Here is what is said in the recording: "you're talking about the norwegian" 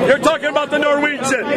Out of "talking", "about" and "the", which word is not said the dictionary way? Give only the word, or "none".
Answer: none